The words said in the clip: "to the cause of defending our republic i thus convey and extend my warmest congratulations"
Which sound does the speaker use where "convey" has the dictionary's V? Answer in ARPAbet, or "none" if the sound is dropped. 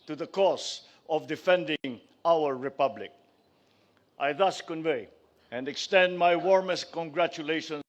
V